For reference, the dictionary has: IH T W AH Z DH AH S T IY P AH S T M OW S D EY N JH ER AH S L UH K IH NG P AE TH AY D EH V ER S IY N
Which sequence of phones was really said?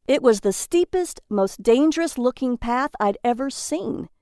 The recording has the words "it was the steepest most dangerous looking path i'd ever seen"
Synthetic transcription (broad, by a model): IH T W AH Z DH AH S T IY P AH S T M OW S D EY N JH ER AH S L UH K IH NG P AE TH AY D EH V ER S IY N